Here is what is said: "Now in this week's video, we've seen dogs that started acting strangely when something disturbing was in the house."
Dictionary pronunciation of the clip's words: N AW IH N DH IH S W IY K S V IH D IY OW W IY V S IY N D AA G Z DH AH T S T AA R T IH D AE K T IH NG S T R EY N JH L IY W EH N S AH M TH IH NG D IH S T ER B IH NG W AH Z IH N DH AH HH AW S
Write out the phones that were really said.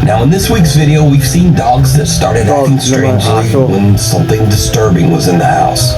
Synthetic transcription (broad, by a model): N AW IH N DH IH S W IY K S V IH D IY OW W IY V S IY N D AA G Z DH AH T S T AA R T IH D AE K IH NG S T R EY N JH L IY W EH N S AH M TH IH NG D IH S T ER B IH NG W AH Z IH N DH AH HH AW S